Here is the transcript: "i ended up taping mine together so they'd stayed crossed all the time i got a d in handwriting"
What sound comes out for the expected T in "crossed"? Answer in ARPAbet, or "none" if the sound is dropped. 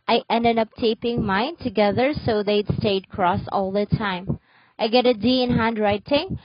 none